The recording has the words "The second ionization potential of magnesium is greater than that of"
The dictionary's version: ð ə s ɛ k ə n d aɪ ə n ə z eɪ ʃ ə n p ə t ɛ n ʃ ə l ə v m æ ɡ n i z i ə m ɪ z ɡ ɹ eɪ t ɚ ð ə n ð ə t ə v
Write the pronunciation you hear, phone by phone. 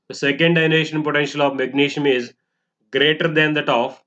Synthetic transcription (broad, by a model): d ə s ɛ k ə n d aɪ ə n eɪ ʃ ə n p ə t ɛ n ʃ ə l ə v m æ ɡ n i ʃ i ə m ɪ z ɡ ɹ eɪ t ɚ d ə n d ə t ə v